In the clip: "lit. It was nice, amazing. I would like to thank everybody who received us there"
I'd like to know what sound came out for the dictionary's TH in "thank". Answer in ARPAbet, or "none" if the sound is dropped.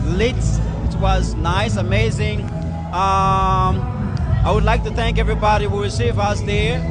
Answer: TH